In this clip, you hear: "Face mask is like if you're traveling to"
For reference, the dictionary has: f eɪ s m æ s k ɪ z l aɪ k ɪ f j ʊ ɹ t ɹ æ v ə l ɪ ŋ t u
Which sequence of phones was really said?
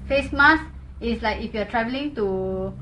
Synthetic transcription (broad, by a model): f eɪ s m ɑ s ɪ s l aɪ k ɪ f j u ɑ t ɹ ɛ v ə l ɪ ŋ t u